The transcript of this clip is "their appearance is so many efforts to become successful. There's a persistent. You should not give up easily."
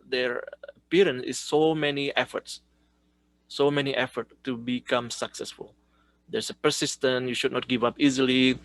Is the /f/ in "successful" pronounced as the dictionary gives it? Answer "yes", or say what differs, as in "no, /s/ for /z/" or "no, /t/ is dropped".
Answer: yes